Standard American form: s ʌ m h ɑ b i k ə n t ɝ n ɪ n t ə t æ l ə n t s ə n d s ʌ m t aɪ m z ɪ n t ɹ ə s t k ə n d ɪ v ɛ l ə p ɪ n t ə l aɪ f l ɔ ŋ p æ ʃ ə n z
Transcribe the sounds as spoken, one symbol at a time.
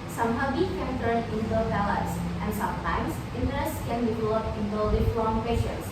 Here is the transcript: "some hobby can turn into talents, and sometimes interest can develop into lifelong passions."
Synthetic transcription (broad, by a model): s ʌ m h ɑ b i k ə n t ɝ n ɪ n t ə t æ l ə t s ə n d s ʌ m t aɪ m s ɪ n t ɹ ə s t k ə n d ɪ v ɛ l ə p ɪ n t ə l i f ɔ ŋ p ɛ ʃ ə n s